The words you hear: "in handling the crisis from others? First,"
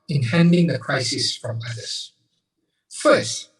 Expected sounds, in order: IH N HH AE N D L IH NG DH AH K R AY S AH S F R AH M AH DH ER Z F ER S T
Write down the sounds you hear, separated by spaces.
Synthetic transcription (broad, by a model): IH N HH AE N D IH NG DH AH K R AY S AH S F R AH M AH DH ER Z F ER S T